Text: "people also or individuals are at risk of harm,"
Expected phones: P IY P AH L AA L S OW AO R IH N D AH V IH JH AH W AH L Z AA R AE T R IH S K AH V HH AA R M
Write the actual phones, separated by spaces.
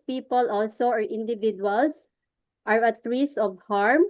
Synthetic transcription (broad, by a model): P IY P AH L AA L S OW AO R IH N D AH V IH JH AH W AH L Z AA R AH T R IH S AH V HH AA R M